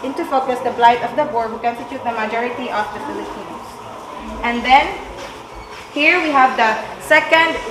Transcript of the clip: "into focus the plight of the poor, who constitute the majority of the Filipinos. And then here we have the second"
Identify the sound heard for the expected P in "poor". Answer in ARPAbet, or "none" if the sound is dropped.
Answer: B